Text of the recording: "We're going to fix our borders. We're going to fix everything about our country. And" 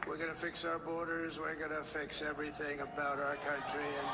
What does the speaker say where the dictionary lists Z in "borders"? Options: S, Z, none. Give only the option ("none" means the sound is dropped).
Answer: Z